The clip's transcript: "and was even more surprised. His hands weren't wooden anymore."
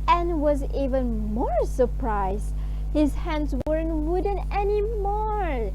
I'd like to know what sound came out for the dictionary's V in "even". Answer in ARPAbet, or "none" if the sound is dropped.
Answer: V